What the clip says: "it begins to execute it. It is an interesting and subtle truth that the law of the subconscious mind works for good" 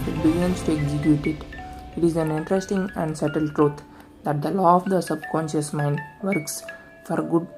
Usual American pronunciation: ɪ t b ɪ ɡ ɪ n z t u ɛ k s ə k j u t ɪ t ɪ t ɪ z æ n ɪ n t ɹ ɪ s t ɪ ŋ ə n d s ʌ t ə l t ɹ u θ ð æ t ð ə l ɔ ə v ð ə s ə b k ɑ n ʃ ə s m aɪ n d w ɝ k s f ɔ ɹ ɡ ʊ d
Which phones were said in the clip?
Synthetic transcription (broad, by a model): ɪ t b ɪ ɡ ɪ n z t u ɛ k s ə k j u t ɪ t ɪ t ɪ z æ n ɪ n t ɹ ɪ s t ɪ ŋ ə n d s ʌ t ə l t ɹ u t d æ t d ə l ɔ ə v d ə s ə b k ɑ n ʃ ə s m aɪ n d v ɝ k s f ɔ ɹ ɡ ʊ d